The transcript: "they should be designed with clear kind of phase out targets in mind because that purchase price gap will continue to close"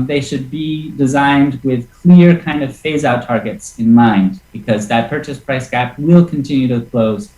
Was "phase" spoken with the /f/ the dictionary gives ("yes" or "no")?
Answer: yes